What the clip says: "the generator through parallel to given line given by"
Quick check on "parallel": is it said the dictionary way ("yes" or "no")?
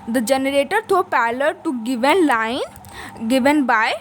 no